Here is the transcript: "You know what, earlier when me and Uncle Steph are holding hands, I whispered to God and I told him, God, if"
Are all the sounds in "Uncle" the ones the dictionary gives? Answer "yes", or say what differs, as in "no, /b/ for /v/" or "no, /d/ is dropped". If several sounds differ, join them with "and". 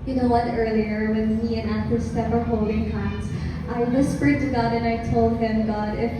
no, /ŋ/ is dropped